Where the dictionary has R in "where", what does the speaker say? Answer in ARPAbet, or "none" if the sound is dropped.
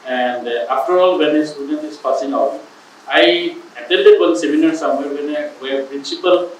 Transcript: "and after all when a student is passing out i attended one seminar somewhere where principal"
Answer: W